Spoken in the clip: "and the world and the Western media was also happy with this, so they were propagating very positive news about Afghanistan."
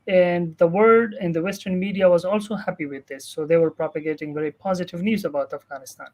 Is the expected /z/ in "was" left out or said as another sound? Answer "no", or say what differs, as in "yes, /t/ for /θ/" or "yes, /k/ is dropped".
no